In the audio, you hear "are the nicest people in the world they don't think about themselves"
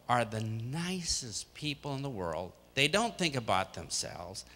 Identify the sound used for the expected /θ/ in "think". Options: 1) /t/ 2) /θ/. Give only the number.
2